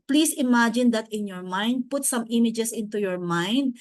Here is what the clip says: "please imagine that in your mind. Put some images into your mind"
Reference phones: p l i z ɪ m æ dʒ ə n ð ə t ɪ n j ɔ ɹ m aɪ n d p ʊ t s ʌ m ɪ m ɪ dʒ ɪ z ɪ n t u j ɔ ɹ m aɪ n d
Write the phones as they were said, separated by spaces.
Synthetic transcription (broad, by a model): p l i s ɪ m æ dʒ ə n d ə t ɪ n j ɔ ɹ m aɪ n d p ʊ t s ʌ m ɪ m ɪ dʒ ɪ s ɪ n t u j ɔ ɹ m aɪ n d